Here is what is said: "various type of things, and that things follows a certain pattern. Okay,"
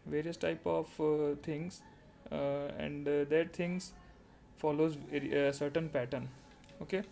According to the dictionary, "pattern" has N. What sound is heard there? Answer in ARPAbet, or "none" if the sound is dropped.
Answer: N